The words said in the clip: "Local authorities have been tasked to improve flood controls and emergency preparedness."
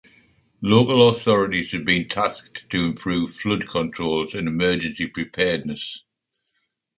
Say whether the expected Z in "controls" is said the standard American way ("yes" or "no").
yes